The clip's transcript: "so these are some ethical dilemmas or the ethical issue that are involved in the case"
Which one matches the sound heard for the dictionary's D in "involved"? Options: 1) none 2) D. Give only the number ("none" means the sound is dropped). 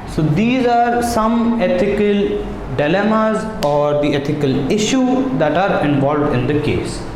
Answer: 2